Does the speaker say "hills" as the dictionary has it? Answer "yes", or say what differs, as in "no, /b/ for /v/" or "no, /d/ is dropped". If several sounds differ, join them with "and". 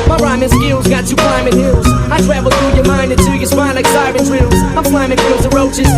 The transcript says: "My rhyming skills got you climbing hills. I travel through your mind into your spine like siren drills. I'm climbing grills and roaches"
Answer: yes